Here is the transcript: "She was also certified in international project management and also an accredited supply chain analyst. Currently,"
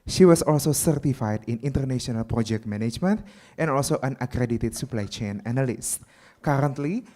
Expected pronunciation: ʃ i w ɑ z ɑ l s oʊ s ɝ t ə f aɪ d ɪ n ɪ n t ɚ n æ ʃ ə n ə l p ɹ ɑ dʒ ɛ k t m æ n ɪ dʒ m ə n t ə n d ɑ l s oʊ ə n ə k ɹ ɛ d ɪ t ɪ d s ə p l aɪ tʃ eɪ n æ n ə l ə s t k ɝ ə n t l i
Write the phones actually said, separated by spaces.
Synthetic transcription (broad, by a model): ʃ i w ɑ s ɑ l s oʊ s ɝ t ə f aɪ d ɪ n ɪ n t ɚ n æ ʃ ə n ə l p ɹ ɑ dʒ ɛ k t m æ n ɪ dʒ m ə n t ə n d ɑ l s oʊ ə n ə k ɹ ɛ d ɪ t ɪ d s ə p l aɪ tʃ eɪ n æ n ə l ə s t k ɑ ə n t l i